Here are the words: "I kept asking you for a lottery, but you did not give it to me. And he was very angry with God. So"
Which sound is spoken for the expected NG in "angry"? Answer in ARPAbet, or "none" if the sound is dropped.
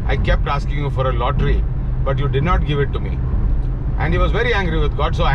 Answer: NG